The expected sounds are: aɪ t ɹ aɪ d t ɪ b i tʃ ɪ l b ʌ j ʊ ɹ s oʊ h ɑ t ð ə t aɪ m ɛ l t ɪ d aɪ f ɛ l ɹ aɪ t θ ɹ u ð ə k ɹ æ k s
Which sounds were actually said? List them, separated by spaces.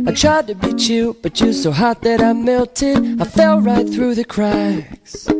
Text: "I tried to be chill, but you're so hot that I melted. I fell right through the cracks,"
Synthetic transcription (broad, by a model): aɪ t ɹ aɪ d t ɪ b i tʃ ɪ b ʌ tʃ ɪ s oʊ h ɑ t ð ə t aɪ m ɛ l t ɪ d aɪ f ɛ l ɹ aɪ t θ ɹ u ð ə k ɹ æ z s